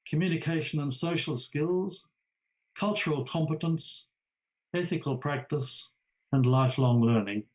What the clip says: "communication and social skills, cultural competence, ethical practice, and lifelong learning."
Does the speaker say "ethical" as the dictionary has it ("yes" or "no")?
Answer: yes